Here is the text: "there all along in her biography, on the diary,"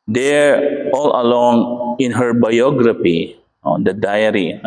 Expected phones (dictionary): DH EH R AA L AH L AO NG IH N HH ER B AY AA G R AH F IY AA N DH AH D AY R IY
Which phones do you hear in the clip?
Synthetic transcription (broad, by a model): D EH R AA L AH L AO NG IH N HH ER B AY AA G R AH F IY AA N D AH D AY R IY